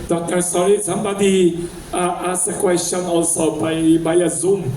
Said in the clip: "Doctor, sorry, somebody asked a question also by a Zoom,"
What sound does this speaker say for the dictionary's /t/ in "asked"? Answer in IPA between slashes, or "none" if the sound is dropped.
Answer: none